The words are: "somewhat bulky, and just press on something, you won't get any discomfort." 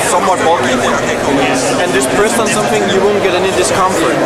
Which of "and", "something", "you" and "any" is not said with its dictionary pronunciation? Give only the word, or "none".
something